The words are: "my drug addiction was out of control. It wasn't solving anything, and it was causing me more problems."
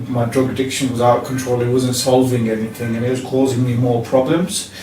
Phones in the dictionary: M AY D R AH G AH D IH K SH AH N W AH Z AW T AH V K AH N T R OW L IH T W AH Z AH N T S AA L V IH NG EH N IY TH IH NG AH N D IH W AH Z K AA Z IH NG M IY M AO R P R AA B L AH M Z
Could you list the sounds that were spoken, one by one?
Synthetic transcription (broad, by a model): M AY D R AH G AH D IH K SH AH N W AH Z AW T K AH N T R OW L IH T W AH Z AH N T S AA L V IH NG EH N IY TH IH NG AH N IH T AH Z K AA Z IH NG M IY M AO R P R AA B L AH M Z